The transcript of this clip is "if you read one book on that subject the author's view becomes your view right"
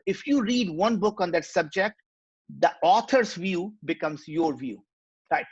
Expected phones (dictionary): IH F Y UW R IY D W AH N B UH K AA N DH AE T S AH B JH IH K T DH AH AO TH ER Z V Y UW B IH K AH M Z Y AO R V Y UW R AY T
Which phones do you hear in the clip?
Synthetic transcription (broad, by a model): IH F Y UW R IY D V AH N B UH K AA N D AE T S AH B JH IH K T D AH AO T ER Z V Y UW B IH K AH M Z Y AO R V Y UW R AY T